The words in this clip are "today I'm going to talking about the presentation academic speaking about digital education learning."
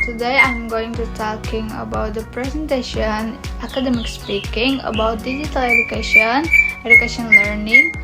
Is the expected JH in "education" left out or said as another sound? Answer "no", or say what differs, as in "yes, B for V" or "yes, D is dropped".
yes, SH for JH